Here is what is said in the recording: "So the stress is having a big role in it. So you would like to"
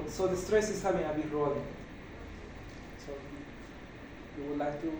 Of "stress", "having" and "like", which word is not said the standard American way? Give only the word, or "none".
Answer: having